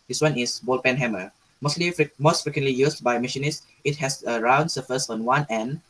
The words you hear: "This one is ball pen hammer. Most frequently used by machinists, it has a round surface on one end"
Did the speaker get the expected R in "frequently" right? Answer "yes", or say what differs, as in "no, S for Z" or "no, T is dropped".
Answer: yes